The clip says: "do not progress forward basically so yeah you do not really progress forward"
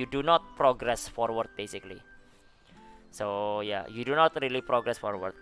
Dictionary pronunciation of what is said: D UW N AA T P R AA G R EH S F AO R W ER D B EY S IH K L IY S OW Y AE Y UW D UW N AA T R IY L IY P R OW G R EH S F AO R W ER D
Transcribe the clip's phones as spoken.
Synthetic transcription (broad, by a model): D UW N AA T P R AA G R EH S F AO R W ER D B EY S IH K L IY S OW Y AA Y UW D UW N AA T R IY L IY P R OW G R EH S F AO R W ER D